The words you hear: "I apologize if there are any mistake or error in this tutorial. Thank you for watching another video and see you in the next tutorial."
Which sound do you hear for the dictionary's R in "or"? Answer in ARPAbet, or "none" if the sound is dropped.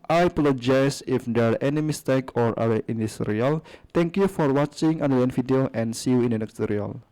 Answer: R